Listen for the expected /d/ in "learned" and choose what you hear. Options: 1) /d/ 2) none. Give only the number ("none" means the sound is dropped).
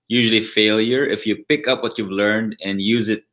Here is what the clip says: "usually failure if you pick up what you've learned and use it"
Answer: 1